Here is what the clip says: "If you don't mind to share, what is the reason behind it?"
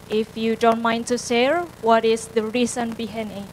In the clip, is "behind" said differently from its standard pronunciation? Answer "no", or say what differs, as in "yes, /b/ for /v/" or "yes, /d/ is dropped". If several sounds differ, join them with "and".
yes, /d/ is dropped